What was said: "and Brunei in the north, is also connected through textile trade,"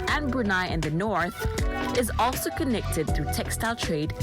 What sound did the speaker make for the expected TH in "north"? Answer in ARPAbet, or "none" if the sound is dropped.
TH